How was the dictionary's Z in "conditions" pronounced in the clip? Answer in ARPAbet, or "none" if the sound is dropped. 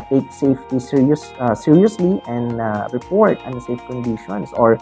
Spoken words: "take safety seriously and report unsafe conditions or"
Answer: S